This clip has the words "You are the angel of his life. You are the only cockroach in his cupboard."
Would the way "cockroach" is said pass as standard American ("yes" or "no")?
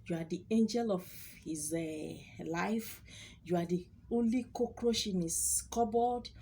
no